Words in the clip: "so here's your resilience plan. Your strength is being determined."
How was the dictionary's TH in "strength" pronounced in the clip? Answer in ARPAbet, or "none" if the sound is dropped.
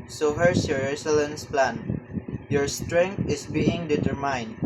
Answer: T